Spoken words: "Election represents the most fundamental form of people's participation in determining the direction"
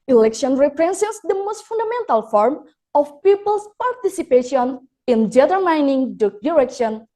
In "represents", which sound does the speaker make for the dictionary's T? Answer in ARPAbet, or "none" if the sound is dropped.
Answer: S